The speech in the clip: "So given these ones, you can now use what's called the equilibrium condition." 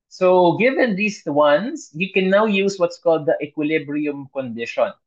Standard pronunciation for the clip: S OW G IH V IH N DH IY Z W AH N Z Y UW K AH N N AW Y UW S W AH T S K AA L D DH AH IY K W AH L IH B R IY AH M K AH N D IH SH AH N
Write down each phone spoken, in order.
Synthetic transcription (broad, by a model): S OW G IH V IH N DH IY S W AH N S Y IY K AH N N AW Y UW S W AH T S K AA L D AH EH K W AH L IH B R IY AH M K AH N D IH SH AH N